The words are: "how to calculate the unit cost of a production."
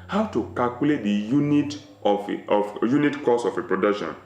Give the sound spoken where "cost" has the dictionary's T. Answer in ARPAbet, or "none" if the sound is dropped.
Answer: none